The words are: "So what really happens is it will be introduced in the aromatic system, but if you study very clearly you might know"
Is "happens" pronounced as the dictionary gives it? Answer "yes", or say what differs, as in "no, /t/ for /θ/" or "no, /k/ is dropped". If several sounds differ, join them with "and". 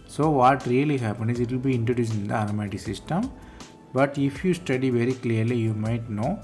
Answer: no, /z/ is dropped